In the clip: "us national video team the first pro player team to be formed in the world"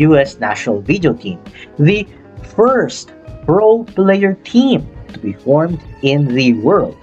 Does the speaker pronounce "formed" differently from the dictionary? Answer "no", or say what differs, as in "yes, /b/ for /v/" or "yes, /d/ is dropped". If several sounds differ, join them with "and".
no